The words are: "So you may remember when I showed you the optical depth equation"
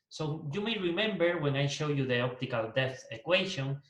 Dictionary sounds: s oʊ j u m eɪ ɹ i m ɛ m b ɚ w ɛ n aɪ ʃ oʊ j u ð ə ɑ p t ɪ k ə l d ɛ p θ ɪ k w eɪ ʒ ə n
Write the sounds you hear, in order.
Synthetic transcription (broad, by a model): s oʊ j u m eɪ ɹ i m ɛ m b ɚ w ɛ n aɪ ʃ oʊ j u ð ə ɑ p t ɪ k ə l d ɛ θ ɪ k w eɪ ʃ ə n